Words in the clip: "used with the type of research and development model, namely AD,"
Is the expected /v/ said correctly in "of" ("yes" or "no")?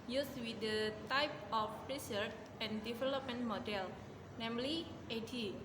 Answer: no